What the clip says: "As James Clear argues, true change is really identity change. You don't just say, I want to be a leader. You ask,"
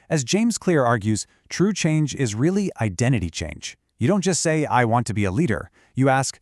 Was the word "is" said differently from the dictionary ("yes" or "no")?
no